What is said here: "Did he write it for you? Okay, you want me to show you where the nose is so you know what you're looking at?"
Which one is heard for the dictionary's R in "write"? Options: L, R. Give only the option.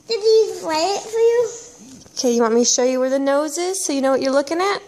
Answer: L